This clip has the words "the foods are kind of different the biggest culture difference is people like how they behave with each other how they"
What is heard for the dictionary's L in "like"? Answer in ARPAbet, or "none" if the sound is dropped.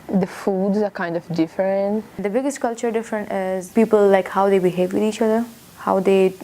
L